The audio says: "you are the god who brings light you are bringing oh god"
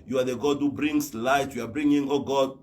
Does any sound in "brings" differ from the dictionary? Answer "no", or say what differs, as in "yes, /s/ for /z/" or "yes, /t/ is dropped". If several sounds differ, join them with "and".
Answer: yes, /s/ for /z/